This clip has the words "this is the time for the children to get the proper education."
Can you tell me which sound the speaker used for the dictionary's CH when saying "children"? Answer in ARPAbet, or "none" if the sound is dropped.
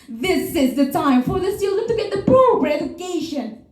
S